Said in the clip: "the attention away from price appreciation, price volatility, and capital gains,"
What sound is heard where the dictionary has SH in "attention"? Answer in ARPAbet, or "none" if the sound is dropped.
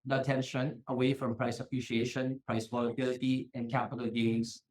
SH